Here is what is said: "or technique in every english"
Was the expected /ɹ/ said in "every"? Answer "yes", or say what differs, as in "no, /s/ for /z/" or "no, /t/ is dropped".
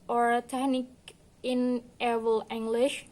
no, /ɹ/ is dropped